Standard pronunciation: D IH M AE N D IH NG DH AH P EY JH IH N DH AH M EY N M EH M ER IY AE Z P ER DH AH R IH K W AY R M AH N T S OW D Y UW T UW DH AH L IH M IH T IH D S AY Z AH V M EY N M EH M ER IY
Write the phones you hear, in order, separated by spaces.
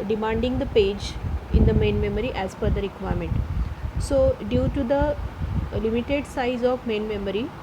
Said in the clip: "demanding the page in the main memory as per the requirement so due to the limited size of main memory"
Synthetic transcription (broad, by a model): D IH M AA N D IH NG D AH P EY JH IH N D AH M EY N M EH M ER IY AE Z F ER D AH R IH K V AY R M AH N T S OW D Y UW T UW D AH L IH M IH T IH D S AY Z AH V M EY N M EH M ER IY